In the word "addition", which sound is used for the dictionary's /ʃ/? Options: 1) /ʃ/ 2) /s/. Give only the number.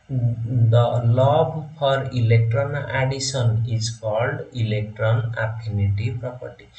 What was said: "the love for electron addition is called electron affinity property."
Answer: 2